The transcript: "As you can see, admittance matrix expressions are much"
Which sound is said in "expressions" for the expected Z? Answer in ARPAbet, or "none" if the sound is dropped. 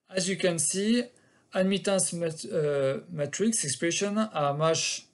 none